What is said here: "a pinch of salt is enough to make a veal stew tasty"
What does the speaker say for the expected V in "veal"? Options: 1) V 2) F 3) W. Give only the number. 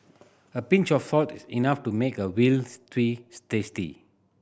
3